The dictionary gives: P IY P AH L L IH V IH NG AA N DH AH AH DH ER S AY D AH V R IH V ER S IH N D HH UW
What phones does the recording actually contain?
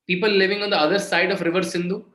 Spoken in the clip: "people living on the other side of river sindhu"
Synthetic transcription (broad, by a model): P IY P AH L L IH V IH NG AA N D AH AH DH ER S AY D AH F R IH V ER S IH N D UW